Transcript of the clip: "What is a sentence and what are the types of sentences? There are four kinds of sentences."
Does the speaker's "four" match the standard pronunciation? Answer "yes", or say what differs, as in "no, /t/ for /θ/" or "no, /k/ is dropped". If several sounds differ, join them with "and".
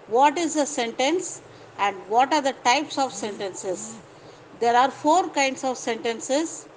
yes